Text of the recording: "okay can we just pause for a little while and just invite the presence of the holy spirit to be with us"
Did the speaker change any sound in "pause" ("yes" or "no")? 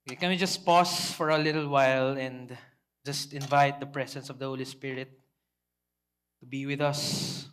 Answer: yes